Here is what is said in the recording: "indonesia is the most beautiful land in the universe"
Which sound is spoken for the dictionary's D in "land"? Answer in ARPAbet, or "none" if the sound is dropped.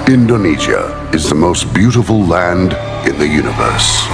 D